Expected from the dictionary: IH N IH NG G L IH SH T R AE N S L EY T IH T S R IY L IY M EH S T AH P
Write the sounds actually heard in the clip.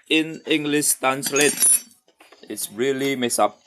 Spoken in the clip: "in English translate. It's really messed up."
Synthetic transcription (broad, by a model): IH N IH NG G L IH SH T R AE N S L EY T IH T S R IY L IY M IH S AH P